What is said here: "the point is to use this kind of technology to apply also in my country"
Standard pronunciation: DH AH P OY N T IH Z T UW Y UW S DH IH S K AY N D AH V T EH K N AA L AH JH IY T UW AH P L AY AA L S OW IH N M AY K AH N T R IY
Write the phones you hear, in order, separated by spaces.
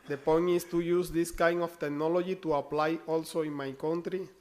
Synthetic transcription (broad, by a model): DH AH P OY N IH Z T UW Y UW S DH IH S K AY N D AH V T EH K N AA L AH JH IY T UW AH P L AY AA L S OW IH N M AY K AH N T R IY